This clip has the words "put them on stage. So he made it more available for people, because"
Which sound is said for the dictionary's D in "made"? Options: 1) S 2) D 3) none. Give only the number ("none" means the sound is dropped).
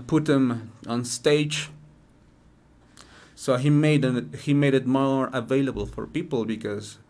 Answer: 2